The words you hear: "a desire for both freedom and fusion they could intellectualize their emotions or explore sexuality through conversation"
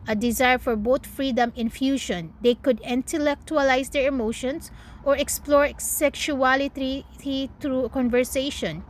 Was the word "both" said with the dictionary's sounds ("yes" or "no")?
no